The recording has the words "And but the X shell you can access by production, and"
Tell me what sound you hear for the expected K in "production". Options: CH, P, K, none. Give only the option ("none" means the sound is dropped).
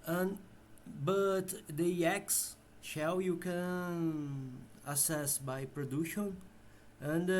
none